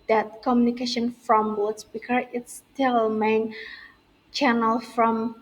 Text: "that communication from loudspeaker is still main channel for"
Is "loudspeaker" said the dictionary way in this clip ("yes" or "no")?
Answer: no